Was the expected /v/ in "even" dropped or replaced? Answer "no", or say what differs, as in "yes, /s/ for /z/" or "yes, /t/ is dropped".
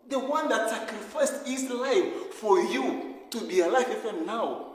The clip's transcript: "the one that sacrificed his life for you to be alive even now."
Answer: yes, /f/ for /v/